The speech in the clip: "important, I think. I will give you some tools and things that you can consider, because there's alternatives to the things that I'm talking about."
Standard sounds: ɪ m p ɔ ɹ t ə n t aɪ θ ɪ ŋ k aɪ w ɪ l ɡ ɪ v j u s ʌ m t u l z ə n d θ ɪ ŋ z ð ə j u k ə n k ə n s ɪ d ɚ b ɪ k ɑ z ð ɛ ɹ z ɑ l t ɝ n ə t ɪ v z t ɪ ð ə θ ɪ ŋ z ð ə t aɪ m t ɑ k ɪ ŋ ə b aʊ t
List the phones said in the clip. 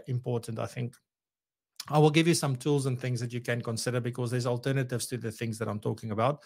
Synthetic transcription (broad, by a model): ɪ m p ɔ ɹ t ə n t aɪ θ ɪ ŋ k aɪ w ɪ l ɡ ɪ v j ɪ s ʌ m t u l z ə n θ ɪ ŋ z ð ə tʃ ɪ k ə n k ə n s ɪ d ɚ b ɪ k ɑ z ð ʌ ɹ z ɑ l t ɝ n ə t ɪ v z t ɪ ð ə θ ɪ ŋ z ð ə t aɪ m t ɑ k ɪ ŋ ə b aʊ t